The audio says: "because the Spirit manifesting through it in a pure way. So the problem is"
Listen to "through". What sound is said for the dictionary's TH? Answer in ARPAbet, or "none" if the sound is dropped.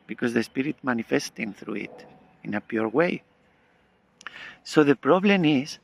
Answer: TH